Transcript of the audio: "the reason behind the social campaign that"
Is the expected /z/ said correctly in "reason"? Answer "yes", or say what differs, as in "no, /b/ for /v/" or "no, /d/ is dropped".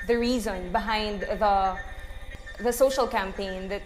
yes